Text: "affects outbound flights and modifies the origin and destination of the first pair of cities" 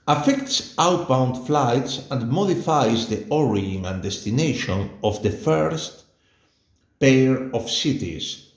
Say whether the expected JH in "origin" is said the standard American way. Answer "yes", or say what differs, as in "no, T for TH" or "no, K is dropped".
no, JH is dropped